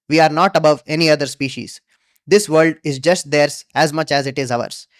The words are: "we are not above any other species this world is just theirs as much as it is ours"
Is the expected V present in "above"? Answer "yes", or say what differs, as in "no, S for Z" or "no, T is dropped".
yes